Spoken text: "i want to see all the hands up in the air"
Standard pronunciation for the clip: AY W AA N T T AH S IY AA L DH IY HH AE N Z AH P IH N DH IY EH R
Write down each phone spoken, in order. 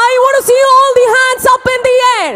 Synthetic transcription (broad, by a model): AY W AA T S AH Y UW AA L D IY HH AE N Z AH P IH N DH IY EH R